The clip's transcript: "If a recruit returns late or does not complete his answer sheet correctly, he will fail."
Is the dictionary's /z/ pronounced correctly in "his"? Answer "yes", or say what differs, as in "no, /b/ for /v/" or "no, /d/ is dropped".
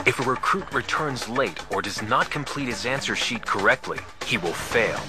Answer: yes